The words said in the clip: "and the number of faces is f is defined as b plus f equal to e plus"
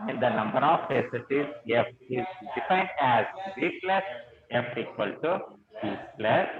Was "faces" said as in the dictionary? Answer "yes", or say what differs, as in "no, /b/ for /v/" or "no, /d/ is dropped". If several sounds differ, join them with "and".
no, /s/ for /z/